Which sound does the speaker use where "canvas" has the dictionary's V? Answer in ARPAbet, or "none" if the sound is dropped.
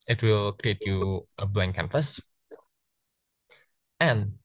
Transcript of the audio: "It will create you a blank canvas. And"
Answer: F